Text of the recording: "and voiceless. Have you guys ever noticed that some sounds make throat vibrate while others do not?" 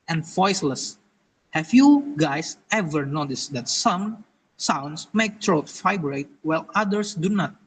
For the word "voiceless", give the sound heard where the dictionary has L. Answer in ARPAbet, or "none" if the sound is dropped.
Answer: L